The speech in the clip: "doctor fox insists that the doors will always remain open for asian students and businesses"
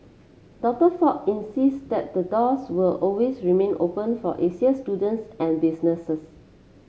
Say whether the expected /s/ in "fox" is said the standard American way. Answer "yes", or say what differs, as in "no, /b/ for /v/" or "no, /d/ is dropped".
no, /s/ is dropped